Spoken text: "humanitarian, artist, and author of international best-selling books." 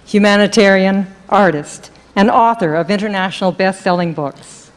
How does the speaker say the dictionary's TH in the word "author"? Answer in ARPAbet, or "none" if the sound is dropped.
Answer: TH